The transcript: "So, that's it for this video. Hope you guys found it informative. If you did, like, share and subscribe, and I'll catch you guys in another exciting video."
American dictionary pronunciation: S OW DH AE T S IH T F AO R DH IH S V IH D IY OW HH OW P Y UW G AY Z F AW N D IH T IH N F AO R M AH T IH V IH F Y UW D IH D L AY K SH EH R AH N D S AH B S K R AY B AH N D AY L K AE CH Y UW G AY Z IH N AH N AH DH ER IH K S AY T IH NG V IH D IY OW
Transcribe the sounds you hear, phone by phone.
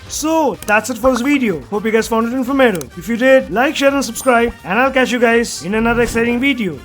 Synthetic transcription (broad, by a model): S OW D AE T S IH T F AO R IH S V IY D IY OW HH OW P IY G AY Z F AW N D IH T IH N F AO M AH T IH IH F Y UW D IH D L AY K SH EH R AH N S AH B S K R AY B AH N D AY L K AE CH Y UW G AY Z IH N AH N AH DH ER IH K S AY T IH NG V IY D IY OW